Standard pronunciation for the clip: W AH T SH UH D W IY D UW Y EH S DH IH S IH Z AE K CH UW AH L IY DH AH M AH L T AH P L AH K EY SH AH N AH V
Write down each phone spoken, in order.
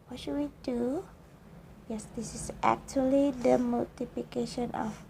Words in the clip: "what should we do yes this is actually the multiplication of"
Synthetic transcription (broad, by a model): W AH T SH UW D W IY D UW Y EH S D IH S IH S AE K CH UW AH L IY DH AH M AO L T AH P L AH K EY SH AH N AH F